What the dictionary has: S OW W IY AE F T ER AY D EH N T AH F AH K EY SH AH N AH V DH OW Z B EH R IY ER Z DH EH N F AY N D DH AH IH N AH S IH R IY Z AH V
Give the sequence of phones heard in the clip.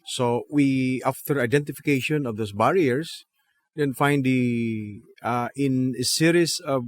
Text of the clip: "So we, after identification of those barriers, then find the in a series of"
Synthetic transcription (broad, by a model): S OW W IY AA F T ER AY D EH N T AH F AH K EY SH AH N AH V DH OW S B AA R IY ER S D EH N F AY N D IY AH IH N AH S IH R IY S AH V